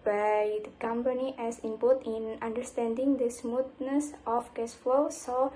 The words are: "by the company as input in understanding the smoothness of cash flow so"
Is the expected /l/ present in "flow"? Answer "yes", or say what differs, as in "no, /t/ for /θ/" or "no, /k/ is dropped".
yes